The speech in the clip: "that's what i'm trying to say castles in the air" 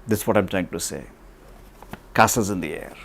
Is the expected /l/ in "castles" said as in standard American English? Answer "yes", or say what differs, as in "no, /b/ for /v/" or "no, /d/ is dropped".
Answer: no, /l/ is dropped